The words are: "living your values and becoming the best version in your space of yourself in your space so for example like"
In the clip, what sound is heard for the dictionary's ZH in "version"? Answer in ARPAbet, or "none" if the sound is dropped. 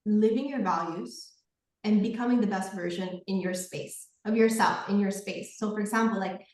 ZH